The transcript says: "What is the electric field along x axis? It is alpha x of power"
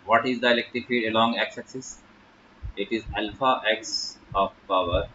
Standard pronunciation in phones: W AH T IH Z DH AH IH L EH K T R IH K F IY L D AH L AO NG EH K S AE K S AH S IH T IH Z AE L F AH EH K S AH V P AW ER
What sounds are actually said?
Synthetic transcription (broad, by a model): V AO T IH Z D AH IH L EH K T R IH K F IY D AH L AO NG EH K S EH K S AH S IH T IH Z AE L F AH EH K S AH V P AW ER